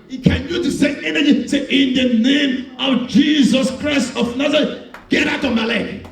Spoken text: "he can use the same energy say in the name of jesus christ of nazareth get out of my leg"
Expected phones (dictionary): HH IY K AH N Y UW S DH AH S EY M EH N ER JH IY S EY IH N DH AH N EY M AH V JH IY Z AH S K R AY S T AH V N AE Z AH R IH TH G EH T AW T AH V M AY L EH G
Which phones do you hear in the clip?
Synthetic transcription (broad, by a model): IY K AH N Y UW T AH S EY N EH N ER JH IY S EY IH N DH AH N EY M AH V JH IY Z AH S K R AY S T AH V N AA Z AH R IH G EH T AW T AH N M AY L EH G